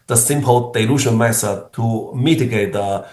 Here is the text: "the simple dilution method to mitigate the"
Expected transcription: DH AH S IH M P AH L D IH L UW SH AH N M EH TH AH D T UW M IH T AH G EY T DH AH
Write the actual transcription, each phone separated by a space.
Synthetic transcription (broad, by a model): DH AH S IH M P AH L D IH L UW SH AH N M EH S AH T UW M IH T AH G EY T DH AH